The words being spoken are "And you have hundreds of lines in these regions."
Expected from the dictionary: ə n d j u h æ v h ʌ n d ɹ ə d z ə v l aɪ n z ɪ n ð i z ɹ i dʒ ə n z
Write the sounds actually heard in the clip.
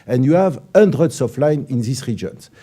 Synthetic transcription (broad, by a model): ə n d j u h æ v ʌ n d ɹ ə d s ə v l aɪ n ɪ n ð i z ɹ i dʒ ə n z